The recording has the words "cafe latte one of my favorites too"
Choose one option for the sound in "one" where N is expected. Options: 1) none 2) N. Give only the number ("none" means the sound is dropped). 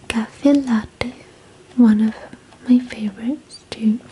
2